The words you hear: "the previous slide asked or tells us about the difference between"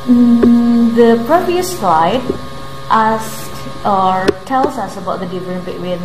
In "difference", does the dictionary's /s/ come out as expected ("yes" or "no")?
no